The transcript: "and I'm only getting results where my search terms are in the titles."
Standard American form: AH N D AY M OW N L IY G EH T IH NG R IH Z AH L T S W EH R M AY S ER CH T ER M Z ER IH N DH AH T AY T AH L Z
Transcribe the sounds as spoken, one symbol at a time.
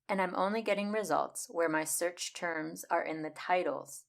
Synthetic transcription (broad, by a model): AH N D AY M OW N L IY G EH T IH NG R IH Z AH L T S W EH R M AY S ER CH T ER M Z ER IH N DH AH T AY T L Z